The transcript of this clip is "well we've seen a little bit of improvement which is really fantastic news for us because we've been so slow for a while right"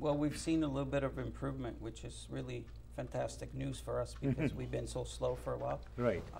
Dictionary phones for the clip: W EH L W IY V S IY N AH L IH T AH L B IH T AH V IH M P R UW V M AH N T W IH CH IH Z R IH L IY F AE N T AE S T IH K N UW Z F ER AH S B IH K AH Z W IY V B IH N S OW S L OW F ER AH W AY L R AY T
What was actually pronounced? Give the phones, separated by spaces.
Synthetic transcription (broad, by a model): W EH L W IY V S IY N AH L IH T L B IH T AH V IH M P R UW V M AH N T W IH CH IH Z R IH L IY F AE N T AE S T IH K N UW Z F ER AH S B IH K AH Z W IY V B IH N S OW S L OW F ER AH W AY L R AY T